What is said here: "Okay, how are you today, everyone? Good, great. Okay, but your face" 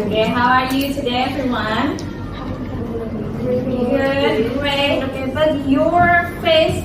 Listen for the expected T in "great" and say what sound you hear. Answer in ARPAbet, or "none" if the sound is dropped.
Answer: none